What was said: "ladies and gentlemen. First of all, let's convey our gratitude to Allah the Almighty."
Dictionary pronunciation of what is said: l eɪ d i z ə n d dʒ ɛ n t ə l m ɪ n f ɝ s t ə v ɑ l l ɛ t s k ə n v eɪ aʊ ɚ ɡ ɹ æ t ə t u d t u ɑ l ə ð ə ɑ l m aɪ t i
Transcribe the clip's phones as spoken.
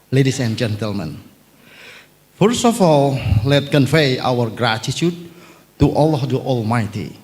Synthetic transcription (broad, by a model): l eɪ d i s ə n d dʒ ɛ n t ə l m ɪ n f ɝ s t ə f ɑ l l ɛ t k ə n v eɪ aʊ ɚ ɡ ɹ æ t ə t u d t u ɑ l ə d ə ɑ l m aɪ t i